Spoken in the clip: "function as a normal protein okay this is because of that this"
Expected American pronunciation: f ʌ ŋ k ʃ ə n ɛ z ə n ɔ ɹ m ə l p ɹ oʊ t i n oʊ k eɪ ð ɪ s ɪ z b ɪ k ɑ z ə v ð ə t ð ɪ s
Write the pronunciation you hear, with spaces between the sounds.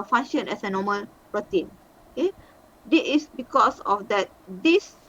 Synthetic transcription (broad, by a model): f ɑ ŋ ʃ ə n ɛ s ə n ɔ m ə l p ɹ oʊ t i n oʊ k eɪ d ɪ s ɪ s b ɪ k ɑ s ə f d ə t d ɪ s